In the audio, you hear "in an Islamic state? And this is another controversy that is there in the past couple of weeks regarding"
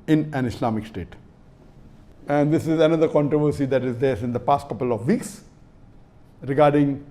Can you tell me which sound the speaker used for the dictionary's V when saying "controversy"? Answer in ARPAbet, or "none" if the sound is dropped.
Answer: V